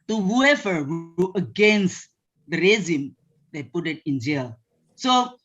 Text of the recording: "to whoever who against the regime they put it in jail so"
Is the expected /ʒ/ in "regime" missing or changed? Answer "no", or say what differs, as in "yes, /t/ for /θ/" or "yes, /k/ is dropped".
yes, /z/ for /ʒ/